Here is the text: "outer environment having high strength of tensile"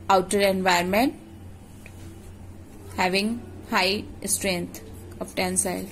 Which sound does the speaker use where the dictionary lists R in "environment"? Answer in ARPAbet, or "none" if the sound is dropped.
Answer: none